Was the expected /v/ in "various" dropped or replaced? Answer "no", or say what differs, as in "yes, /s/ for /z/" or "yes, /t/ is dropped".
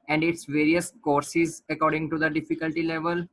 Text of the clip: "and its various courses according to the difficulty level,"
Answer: no